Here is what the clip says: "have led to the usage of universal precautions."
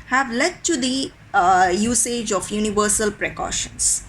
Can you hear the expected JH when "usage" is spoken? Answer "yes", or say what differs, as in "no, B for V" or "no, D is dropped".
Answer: yes